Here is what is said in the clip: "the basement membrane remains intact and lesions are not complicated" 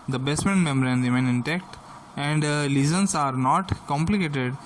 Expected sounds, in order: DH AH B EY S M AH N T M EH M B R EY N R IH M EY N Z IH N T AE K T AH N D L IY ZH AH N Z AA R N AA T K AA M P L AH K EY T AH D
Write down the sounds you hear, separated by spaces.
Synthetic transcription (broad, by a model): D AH B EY S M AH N M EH M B R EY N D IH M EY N IH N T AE K T AH N D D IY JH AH N S AA R N AA T K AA M P L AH K EY T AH D